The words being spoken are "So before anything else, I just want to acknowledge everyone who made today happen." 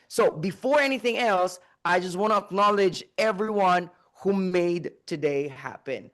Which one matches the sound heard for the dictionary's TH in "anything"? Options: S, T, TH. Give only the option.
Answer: TH